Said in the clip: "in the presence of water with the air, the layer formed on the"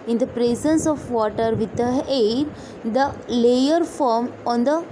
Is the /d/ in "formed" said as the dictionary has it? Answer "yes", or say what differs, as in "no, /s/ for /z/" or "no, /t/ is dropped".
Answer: no, /d/ is dropped